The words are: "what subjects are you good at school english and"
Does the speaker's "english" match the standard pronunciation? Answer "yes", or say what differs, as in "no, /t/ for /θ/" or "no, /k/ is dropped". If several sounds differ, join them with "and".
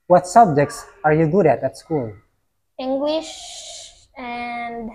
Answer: yes